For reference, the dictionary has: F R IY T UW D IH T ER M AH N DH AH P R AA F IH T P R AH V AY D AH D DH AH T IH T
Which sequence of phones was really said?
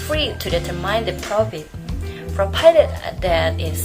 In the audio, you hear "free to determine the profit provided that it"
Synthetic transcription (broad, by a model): F R IY T UW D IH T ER M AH N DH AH P R AA F IH T F R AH P AY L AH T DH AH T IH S